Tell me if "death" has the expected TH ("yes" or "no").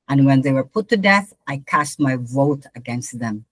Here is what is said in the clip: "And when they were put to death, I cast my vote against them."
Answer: yes